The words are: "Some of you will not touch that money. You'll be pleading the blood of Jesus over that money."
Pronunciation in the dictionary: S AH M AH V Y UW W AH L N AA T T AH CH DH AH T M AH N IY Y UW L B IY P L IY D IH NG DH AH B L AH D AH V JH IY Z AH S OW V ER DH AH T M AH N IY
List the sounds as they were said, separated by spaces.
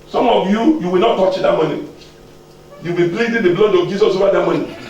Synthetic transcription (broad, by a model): S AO M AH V Y UW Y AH W N AA T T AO CH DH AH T M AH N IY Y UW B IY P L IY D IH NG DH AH B L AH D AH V JH IY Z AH S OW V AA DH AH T M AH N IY